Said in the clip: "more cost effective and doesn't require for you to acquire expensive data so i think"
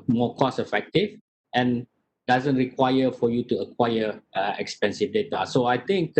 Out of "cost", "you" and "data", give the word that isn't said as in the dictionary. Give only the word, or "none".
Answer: cost